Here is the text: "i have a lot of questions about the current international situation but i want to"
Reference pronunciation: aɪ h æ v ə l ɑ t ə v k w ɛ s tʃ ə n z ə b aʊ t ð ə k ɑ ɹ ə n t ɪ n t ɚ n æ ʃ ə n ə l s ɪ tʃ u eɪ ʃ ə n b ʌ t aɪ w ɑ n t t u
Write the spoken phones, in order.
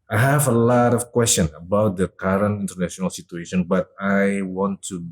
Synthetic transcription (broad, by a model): aɪ h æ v ə l ɑ t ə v k w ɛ s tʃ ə n ə b aʊ t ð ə k ɑ ɹ ə n t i n t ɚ n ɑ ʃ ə n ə l s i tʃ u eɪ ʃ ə n b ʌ t aɪ w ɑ n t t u